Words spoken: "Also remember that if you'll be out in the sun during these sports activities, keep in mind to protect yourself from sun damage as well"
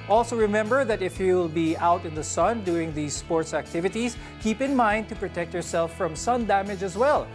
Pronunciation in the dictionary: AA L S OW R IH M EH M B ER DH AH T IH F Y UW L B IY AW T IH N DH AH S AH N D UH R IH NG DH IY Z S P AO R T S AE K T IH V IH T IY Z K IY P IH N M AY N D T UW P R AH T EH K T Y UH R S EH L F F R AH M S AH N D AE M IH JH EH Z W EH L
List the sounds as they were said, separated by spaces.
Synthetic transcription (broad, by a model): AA L S OW R IH M EH M B ER DH AH T IH F Y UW L B IY AW T IH N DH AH S AH N D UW IH NG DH IY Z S P AO R T S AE K T IH V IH T IY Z K IY P IH N M AY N D T UW P R AH T EH K T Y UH R S EH L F F R AH M S AH N D AE M IH JH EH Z W EH L